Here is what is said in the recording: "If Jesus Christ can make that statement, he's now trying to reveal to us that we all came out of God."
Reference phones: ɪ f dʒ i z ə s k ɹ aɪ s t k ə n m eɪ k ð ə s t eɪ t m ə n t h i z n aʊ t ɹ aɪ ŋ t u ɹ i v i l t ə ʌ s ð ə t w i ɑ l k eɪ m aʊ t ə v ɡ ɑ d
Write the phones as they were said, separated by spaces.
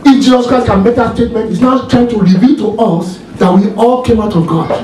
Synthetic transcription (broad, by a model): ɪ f dʒ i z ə s k ɹ aɪ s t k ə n m eɪ k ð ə s t eɪ t m ə n t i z n aʊ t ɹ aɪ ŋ t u ɹ i v i l t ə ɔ s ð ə t w i ɑ l k eɪ m aʊ t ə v ɡ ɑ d